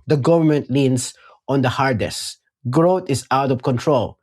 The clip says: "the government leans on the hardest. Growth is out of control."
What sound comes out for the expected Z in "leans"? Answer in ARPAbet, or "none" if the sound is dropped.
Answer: S